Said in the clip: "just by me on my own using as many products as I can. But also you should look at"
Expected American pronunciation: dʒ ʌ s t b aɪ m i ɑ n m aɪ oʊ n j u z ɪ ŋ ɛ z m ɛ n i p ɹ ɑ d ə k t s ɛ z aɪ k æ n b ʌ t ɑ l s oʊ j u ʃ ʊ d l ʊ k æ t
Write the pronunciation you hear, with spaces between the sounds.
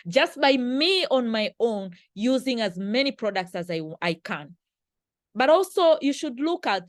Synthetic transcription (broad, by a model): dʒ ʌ s t b aɪ m i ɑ n m aɪ oʊ n j u z ɪ ŋ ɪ z m ɛ n i p ɹ ɑ d ə k t s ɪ z aɪ k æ n b ʌ t ɑ l s oʊ j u ʃ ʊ d l ʊ k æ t